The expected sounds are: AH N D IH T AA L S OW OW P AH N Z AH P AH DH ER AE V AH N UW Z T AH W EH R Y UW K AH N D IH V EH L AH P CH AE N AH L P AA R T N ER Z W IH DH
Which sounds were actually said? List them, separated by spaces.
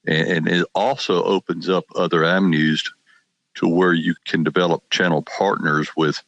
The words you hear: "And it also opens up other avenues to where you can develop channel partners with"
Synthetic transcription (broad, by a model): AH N IH T AA L S OW OW P AH N Z AH P AH DH ER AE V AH N UW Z T AH W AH R Y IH K AH N D IH V EH L AH P CH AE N L P AA R T N ER Z W IH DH